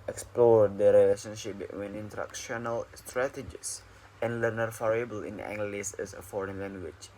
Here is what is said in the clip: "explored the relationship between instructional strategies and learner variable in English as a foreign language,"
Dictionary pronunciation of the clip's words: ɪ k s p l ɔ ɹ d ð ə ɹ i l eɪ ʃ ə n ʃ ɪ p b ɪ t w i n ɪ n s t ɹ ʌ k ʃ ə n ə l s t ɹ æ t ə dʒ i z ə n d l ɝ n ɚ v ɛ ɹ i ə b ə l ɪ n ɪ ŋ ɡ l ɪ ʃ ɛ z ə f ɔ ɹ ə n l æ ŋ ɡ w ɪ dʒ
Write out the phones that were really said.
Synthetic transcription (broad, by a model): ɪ k s p l ɔ ɹ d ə ɹ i l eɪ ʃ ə n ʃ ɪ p b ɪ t w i n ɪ n t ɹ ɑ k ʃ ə n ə l s t ɹ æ t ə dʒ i s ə n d l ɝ n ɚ f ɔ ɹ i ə b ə l ɪ n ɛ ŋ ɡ l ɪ s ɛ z ə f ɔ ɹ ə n l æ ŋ ɡ w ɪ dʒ